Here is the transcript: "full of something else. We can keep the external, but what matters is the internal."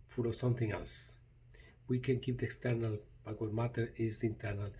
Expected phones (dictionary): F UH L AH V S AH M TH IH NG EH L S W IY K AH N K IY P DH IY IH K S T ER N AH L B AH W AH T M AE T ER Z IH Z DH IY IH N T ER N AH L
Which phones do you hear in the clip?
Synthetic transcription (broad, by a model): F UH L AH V S AH M TH IH NG EH L S W IY K AH N K IY P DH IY IH K S T ER N AH L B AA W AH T M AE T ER IH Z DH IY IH N T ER N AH L